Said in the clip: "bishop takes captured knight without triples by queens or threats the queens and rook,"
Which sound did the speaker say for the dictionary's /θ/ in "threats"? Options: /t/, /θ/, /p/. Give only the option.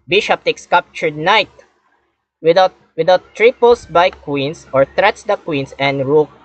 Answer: /t/